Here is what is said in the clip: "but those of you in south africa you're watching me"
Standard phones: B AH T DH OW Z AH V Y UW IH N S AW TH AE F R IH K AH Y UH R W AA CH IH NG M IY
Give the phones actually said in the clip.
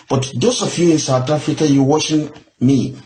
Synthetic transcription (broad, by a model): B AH T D OW S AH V Y UW IH N S AW T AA F R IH K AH Y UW W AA SH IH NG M IY